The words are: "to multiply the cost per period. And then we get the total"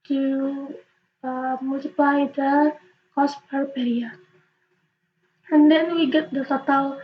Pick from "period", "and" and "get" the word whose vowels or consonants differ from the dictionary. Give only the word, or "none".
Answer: period